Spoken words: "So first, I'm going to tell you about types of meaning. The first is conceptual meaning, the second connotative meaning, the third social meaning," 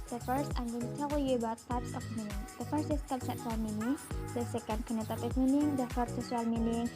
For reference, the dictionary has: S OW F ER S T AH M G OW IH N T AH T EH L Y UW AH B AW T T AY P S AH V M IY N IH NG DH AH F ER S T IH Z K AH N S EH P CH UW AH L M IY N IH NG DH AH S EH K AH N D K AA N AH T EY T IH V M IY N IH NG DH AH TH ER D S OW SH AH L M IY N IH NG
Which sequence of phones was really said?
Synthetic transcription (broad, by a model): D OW F ER S T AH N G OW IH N T AH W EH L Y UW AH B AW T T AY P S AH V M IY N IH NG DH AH F ER S T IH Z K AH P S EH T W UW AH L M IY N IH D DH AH S EH K AH N D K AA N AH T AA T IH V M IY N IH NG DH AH F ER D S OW S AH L M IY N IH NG